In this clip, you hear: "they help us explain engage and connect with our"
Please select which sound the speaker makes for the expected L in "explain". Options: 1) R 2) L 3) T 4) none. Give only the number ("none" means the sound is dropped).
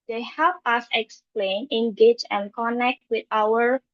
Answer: 2